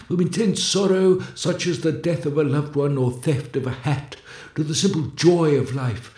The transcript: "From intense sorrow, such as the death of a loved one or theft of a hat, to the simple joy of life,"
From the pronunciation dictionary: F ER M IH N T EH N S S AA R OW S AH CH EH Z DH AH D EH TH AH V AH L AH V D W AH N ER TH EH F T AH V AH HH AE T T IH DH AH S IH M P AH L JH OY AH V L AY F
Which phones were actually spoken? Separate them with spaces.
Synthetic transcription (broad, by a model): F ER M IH N T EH N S S AA R OW S AH CH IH Z DH AH D EH TH AH V AH L AH V D W AH N ER TH EH F T AH V AH HH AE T T IH DH AH S IH M P L JH OY AH V L AY F